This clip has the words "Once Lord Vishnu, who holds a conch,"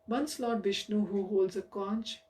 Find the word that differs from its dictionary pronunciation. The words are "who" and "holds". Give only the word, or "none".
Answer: none